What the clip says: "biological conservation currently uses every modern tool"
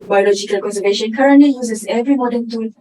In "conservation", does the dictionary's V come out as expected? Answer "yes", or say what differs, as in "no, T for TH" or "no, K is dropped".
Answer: yes